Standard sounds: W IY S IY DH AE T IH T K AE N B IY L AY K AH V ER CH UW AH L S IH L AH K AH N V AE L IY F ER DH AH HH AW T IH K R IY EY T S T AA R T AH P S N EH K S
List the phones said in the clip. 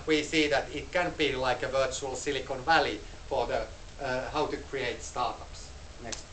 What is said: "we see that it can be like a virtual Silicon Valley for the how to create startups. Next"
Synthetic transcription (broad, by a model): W IY S IY DH AE T IH T K AE N B IY L AY K AH V ER CH UW AH L S IH L AH K AH N V AE L IY F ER DH AH HH AW T IH K R IY EY T S T AA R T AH P S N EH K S